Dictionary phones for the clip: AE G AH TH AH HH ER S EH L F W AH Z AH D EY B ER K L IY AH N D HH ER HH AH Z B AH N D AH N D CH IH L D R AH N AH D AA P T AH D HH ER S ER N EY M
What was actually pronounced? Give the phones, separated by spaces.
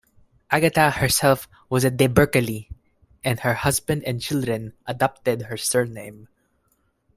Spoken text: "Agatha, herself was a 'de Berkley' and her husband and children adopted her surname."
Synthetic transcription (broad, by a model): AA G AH T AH HH ER S EH L F W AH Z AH D EY B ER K L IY AH N D HH ER HH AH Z B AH N D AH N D CH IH L D R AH N AH D AA P T AH D HH ER S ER N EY M